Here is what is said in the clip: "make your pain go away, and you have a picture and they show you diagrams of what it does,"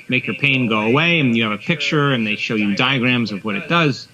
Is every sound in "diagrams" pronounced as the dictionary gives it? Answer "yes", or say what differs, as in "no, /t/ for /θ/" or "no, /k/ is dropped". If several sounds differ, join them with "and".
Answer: yes